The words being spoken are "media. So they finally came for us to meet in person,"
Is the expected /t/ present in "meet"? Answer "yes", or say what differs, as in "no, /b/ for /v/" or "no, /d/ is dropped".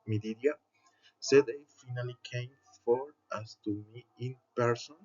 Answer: no, /t/ is dropped